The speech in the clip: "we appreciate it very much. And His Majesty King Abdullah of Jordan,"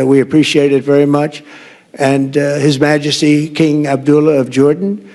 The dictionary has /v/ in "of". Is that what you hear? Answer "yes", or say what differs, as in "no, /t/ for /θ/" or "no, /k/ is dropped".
yes